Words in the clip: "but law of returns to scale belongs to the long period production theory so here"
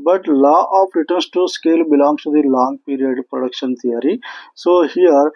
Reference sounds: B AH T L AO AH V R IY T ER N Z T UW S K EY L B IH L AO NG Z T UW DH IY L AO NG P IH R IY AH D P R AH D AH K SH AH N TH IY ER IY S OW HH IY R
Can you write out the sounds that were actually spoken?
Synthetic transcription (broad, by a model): B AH T L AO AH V R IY T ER N S T UW S K EY L B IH L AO NG S T UW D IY L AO NG P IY R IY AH D P R AH D AH K SH AH N T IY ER IY S OW HH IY R